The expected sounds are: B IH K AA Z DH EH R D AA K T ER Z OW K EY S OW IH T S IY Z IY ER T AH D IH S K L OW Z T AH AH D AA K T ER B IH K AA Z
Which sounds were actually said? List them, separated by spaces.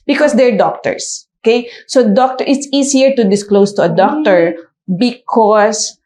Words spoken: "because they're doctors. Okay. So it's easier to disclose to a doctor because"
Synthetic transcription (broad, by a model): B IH K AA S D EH R D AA K T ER S OW K EY S OW IH T S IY S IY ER T AH D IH S K L OW S T AH AH D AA K T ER B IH K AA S